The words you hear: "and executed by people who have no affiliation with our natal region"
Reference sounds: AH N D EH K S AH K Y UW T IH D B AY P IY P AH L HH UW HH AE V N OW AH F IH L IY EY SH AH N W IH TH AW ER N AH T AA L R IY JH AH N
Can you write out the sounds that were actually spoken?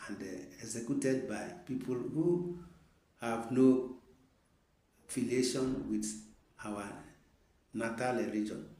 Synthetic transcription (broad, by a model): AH N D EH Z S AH K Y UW T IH D B AY P IY P AH L HH UW HH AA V N OW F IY L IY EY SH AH N W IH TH AW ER N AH T AA L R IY JH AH N